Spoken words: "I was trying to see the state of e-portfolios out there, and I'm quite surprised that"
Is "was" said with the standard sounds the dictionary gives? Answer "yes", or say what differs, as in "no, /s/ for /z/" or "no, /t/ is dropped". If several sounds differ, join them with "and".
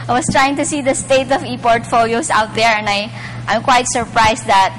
no, /s/ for /z/